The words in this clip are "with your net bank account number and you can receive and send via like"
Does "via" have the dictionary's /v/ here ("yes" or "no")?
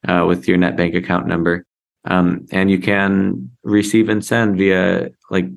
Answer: yes